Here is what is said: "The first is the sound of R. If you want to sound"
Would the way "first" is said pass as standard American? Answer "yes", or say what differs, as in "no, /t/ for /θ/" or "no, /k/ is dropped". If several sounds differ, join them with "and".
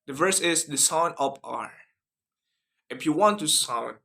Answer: no, /t/ is dropped